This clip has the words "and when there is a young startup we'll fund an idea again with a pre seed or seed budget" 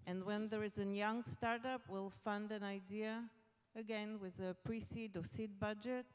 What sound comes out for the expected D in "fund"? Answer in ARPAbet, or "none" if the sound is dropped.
D